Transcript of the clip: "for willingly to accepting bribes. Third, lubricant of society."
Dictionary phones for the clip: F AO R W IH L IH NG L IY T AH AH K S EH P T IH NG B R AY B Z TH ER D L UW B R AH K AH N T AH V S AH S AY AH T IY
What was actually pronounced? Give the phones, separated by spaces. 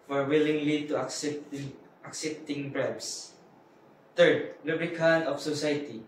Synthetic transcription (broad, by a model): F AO R W IH L IH NG L IY T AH AH K S EH P T IH NG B R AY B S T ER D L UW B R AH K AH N AH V S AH S AY T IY